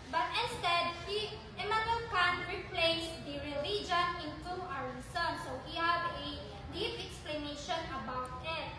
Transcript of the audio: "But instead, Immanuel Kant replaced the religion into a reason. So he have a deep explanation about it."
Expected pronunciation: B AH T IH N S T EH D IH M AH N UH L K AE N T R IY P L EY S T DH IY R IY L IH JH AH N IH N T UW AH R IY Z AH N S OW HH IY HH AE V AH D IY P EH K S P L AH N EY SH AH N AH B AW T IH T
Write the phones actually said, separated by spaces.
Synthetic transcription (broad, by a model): B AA T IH N S T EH D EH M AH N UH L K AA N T R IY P L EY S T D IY R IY L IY JH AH N IH N T UW AH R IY S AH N S OW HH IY HH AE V AH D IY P EH K S P L AH N EY SH AH N AH B AW T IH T